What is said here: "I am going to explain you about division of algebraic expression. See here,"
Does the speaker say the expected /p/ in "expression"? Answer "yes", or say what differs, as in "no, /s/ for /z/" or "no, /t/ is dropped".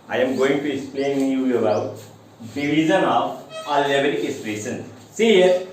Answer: no, /p/ is dropped